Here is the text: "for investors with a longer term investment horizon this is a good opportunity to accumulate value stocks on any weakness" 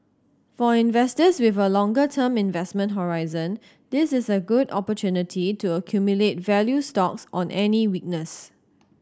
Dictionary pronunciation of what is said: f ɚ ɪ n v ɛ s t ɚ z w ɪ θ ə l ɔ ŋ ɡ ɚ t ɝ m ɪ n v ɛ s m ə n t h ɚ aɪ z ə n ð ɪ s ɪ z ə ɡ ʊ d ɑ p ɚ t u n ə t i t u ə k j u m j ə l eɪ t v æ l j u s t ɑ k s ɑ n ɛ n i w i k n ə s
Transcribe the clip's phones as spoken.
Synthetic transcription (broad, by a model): f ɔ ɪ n v ɛ s t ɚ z w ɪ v ə l ɔ ŋ ɡ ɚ t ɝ m ɪ n v ɛ s m ə n t h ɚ aɪ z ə n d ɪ s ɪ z ə ɡ ʊ d ɑ p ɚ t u n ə t i t u ə k j u m j ə l eɪ t v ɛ l j u s t ɑ k s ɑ n ɛ n i w i k n ə s